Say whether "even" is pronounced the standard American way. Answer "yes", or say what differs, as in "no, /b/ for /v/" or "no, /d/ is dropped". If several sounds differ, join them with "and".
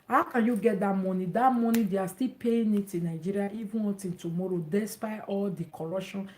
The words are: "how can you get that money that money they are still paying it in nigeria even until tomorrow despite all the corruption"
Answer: no, /n/ is dropped